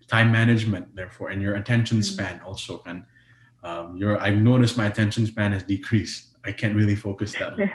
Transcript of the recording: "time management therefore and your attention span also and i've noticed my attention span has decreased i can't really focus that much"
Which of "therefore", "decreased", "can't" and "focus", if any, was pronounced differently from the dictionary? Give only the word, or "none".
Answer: decreased